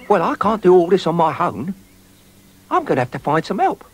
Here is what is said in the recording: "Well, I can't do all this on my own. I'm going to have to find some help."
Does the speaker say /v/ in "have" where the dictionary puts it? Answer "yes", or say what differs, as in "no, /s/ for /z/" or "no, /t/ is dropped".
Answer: no, /f/ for /v/